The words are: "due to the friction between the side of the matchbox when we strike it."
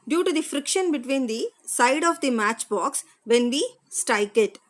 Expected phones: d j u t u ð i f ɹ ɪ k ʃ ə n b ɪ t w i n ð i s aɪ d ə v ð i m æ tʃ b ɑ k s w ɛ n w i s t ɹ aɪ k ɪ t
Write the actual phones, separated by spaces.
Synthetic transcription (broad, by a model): d j u t u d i f ɹ ɪ k ʃ ə n b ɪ t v i n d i s aɪ d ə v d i m æ tʃ b ɑ k s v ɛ n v i s t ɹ aɪ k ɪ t